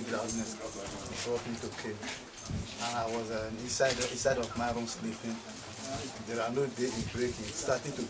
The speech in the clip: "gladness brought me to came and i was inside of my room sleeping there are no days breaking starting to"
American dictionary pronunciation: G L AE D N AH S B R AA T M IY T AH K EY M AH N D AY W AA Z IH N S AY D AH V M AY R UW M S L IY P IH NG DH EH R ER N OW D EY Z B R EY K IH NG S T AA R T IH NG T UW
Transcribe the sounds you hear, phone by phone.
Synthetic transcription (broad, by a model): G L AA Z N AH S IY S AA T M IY T AH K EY AH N AY W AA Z IH N S AY D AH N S AY R UW M S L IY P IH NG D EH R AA N OW D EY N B R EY K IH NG S T AA T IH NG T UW